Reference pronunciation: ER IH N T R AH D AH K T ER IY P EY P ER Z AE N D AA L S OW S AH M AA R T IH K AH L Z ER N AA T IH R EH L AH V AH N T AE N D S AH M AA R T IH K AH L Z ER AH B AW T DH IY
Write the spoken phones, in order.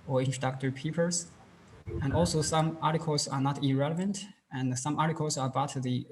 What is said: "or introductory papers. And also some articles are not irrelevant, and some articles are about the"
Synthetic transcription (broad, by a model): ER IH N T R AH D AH K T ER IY P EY P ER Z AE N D AA L S OW S AH M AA R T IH K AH L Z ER N AA T IH R EH L AH V AH N T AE N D S AH M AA R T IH K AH L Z ER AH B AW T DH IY